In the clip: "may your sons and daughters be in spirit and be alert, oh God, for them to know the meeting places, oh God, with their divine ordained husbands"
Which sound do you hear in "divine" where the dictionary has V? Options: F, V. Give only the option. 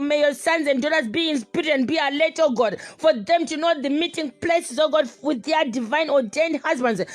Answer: V